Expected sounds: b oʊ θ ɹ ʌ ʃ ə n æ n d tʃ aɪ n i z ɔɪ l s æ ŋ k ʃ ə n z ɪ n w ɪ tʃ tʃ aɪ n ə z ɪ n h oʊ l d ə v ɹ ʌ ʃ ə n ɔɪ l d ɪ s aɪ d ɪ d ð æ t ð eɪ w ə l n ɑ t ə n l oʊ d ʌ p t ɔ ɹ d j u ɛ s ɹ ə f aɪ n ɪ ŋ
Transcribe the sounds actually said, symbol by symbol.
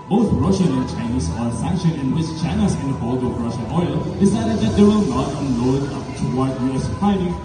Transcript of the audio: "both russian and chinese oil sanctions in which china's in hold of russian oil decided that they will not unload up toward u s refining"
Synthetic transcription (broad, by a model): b oʊ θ ɹ ʌ ʃ ə n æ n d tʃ aɪ n i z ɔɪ s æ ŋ k ʃ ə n ɪ n w ɪ tʃ tʃ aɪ n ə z ɪ n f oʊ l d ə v ɹ ʌ ʃ ə n ɔɪ l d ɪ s aɪ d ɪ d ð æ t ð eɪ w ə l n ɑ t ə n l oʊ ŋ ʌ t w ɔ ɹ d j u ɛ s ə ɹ aɪ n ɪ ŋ